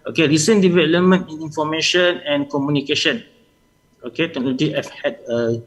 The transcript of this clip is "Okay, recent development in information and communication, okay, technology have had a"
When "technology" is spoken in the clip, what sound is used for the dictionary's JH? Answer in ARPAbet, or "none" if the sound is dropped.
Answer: none